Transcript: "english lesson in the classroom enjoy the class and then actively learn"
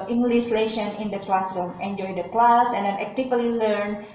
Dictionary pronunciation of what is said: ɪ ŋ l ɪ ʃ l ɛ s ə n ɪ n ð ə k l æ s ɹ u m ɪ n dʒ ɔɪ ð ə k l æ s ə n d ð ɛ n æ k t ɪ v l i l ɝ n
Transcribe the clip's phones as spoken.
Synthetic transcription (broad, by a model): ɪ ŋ l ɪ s l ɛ ʃ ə n ɪ n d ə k l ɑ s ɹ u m ɪ n dʒ ɔɪ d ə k l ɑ s ə n d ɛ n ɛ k t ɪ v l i l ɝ n